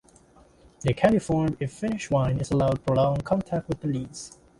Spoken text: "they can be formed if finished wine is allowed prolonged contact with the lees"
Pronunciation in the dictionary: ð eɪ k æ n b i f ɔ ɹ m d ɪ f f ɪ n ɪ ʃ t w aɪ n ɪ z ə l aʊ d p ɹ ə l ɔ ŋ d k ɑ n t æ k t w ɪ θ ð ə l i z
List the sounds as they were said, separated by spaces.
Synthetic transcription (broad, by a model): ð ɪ k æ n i f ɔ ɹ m ɪ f f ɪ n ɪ ʃ w aɪ n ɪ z ə l aʊ d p ə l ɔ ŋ k ɑ n t æ k t w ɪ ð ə l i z